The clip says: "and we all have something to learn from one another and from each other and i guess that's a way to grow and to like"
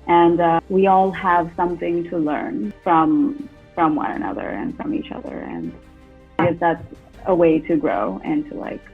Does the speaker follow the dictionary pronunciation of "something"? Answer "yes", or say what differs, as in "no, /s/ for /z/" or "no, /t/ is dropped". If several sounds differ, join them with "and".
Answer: yes